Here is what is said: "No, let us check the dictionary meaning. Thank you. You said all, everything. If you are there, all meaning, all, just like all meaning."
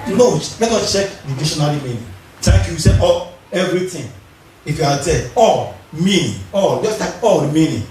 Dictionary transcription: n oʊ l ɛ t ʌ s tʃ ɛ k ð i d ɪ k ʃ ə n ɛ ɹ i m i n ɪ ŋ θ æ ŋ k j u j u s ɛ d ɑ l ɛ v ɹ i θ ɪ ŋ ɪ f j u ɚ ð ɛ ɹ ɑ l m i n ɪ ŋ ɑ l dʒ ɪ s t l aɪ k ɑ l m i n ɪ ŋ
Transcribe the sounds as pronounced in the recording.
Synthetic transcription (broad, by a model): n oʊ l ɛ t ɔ tʃ ɛ k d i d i ʃ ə n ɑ l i m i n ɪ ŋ t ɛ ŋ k j u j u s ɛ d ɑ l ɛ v ɹ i t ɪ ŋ ɪ f j u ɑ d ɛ ɑ l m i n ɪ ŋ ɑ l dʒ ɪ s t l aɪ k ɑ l m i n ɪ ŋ